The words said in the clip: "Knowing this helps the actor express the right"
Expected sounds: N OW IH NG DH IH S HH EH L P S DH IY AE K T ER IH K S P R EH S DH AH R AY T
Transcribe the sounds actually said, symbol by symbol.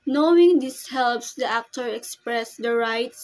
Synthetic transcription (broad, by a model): N OW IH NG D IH S HH EH L P S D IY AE K T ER IH K S P R EH S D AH R AY T